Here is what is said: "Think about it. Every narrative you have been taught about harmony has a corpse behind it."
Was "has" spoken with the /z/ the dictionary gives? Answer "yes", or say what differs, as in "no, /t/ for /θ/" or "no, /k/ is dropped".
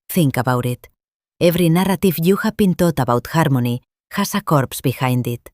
no, /s/ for /z/